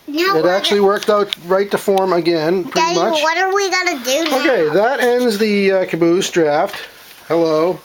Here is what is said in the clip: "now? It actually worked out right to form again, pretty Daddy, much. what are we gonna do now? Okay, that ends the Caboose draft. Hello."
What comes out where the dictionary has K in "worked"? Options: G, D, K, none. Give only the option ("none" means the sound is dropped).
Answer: K